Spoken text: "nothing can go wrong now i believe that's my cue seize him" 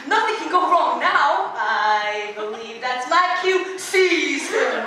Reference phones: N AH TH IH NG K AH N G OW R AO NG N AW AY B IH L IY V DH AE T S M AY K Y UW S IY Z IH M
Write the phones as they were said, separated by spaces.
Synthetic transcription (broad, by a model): N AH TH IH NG K AH N G OW R AO NG N AW AY B IH L IY V DH AE T S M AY K Y UW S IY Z